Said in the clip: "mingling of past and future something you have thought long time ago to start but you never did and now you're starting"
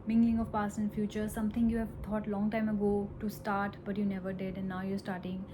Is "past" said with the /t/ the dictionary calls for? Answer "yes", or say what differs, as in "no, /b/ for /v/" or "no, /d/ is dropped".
no, /t/ is dropped